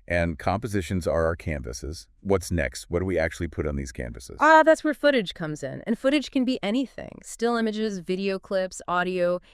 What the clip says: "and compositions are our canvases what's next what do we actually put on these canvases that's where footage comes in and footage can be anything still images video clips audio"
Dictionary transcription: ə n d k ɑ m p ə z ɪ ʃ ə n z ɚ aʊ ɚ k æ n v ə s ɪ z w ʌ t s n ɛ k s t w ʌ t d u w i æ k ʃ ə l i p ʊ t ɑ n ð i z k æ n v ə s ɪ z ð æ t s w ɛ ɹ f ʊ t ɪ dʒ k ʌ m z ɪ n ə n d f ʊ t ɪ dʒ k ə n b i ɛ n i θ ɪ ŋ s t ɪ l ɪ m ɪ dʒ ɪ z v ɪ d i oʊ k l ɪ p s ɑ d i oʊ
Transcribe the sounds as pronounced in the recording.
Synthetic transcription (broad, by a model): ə n k ɑ m p ə z ɪ ʃ ə n z ɚ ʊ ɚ k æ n v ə s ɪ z w ʌ t s n ɛ k s t w ʌ t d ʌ w i æ k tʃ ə l i p ʊ t n ð i z k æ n v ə s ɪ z ð æ t s w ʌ ɹ f ʊ t ɪ dʒ k ʌ m z ɪ n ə n f ʊ t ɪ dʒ k ə n b i ɛ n i θ ɪ ŋ s t ɪ l ɪ m ɪ dʒ ɪ z v ɪ d i oʊ k l ɪ p s ɑ d i oʊ